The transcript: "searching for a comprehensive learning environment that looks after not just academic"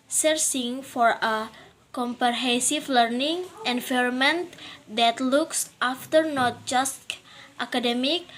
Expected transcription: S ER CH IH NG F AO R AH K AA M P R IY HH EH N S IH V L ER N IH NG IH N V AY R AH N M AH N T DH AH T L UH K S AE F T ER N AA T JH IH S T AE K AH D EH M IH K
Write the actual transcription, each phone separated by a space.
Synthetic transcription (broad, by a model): S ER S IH NG F AO R AH K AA M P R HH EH S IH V L ER N IH NG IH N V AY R M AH N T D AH T L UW K S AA F T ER N AA T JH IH S T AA K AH D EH M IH K